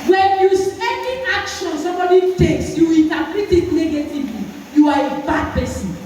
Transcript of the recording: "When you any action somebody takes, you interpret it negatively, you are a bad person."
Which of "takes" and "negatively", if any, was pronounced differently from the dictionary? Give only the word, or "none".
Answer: none